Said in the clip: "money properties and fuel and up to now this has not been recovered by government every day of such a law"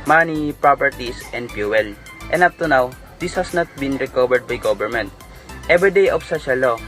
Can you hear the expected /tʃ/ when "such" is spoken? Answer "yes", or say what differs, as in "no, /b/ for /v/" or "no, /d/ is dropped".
no, /ʃ/ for /tʃ/